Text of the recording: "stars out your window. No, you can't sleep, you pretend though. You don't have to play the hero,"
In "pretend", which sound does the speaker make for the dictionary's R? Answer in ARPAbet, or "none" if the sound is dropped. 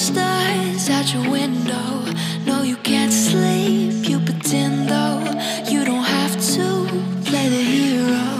none